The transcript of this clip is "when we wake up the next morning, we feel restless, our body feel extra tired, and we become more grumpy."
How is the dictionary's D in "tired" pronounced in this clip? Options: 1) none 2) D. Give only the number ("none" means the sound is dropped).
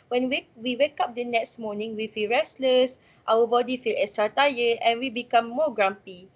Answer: 1